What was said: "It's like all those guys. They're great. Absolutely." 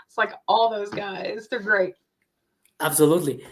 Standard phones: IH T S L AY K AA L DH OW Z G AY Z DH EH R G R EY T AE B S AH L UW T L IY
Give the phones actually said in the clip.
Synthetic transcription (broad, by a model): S L AY K AA L DH OW Z G AY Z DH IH G R EY T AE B S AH L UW T L IY